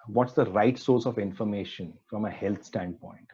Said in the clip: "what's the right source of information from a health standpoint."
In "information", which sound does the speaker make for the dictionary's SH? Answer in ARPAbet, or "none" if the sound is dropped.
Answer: SH